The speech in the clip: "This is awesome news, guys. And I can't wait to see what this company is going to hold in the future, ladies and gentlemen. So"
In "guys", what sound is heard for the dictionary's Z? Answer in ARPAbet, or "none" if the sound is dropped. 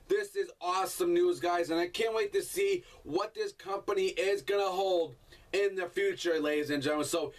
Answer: Z